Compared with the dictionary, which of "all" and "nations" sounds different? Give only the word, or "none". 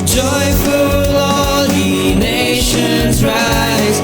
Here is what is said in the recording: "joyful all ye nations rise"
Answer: none